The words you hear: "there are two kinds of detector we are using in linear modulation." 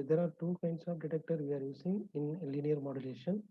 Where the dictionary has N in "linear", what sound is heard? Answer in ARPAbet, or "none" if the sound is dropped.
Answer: N